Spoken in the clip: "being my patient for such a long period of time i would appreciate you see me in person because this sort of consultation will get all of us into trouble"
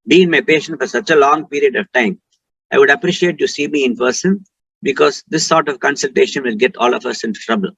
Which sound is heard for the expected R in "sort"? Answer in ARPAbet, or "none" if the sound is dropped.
R